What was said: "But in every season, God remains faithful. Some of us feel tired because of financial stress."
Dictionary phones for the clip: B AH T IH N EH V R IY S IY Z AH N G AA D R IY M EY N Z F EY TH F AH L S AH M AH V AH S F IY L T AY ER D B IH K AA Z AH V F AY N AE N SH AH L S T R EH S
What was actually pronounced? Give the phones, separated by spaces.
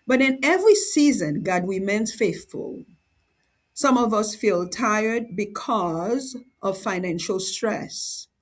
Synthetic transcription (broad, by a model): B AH T IH N EH V R IY S IY Z AH N G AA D W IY M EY N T F EY TH F AH L S AH M AH V AH S F IY L T AY ER D B IH K AA Z AH V F AY N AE N SH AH L S T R EH S